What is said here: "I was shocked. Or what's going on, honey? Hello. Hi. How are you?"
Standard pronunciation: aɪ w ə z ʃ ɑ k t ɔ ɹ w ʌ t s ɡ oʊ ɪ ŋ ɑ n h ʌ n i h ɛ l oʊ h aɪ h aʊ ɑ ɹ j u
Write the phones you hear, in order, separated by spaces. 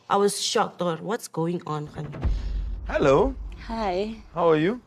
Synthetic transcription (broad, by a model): aɪ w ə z ʃ ɑ k t ɔ ɹ w ʌ t s ɡ oʊ ɪ ŋ ɑ n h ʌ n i h ɛ l oʊ h aɪ h aʊ ɑ ɹ j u